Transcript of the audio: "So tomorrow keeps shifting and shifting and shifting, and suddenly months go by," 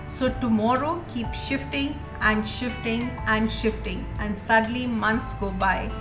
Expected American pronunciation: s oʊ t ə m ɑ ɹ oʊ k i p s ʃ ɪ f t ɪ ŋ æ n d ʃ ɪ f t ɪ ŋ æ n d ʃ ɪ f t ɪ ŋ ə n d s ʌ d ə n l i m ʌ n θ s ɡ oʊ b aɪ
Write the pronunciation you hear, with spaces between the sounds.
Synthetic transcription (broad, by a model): s oʊ t ə m ɑ ɹ oʊ k i p ʃ ɪ f t ɪ ŋ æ n d ʃ ɪ f t ɪ ŋ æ n d ʃ ɪ f t ɪ ŋ ə n d s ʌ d l i m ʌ n t s ɡ oʊ b aɪ